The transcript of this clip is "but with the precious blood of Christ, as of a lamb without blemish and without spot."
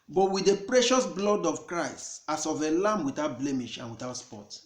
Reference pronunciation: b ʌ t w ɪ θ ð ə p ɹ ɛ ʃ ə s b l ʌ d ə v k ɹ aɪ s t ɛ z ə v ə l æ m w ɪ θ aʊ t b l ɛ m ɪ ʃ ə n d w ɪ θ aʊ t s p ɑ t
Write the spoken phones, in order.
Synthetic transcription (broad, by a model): b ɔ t w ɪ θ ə p ɹ ɛ ʃ ə s b l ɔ d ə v k ɹ aɪ s t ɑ s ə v ə l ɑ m w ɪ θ aʊ t b l ɛ m ɪ ʃ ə n w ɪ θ aʊ t s p ɑ t